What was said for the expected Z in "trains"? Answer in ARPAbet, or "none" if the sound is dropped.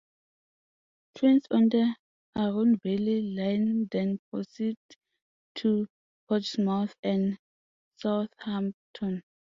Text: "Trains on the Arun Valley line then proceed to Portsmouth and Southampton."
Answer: S